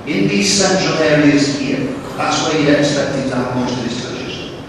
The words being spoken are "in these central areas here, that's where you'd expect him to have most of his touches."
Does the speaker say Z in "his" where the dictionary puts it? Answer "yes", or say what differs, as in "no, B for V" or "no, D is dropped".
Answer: no, S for Z